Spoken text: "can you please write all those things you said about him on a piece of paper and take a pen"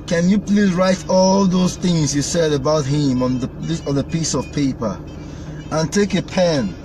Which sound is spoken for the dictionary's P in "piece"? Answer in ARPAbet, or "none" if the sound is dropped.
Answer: P